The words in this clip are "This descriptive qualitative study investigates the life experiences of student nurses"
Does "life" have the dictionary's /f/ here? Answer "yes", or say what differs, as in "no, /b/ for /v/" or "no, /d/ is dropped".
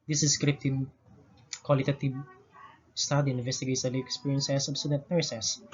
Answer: no, /f/ is dropped